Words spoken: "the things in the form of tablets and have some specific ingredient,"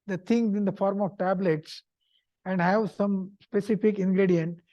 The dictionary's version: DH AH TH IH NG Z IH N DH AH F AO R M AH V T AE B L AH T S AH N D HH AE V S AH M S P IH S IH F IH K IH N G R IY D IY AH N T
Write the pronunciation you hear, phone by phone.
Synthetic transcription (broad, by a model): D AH T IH NG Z IH N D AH F AO R M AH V T AE B L AH T S AH N D HH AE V S AH M S P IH S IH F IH K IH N G R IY D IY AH N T